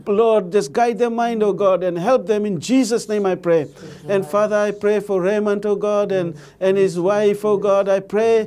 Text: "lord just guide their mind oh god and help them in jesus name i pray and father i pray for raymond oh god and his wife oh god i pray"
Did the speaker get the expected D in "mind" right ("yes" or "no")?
yes